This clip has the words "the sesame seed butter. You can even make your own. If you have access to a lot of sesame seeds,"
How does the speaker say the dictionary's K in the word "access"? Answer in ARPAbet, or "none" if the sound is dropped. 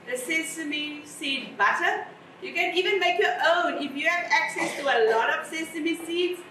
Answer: K